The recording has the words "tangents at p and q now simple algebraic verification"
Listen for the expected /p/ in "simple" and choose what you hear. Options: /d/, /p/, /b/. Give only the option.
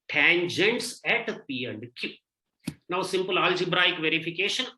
/p/